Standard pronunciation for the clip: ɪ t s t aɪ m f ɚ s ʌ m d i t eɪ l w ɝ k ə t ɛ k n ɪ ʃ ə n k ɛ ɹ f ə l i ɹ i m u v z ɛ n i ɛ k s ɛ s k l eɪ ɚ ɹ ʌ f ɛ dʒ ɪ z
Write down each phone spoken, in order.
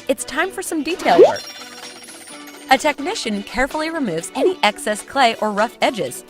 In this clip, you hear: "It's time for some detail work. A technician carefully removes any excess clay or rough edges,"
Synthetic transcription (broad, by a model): ɪ t s t aɪ m f ɚ s ʌ m d i t eɪ l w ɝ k ə t ɛ k n ɪ ʃ ə n k ɛ ɹ f l i ɹ i m u v z ɛ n i ɛ k s ɛ s k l eɪ ɚ ɹ ʌ f ɛ dʒ ɪ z